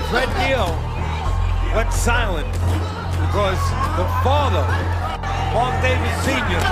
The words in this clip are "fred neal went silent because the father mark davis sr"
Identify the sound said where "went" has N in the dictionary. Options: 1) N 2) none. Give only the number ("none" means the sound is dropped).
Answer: 2